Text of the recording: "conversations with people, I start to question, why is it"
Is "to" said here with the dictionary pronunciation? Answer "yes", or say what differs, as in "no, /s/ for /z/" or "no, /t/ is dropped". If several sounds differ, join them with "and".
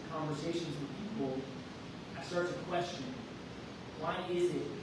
no, /s/ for /t/